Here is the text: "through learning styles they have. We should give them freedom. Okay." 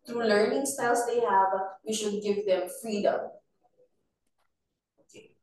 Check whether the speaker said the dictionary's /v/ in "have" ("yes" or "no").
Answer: yes